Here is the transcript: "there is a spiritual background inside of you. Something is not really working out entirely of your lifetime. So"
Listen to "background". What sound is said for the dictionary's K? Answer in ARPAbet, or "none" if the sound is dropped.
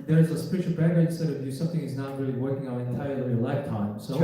none